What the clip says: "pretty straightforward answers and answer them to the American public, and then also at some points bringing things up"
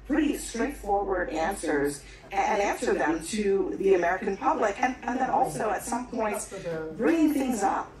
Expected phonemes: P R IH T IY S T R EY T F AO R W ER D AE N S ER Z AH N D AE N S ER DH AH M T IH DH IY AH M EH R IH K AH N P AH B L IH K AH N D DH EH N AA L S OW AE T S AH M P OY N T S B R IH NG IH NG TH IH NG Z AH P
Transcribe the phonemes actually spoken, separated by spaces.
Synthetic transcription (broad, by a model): P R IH T IY S T R EY T F AO R W ER D AE N S ER Z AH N AE N S ER DH AH M T IH DH IY AH M EH R IH K AH N P AH B L IH K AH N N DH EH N AA L S OW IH T S AH M P OY N T S B R IH NG IH NG TH IH NG Z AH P